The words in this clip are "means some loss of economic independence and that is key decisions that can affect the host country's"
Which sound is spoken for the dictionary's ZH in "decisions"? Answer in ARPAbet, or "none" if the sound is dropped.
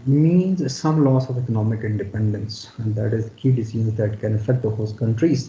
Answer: Z